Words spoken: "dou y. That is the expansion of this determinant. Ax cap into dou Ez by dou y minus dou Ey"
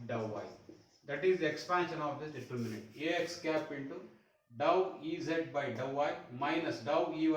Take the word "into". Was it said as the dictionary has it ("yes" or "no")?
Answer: yes